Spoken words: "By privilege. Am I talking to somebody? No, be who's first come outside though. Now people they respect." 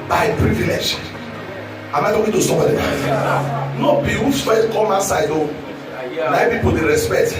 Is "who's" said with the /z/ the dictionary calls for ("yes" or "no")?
no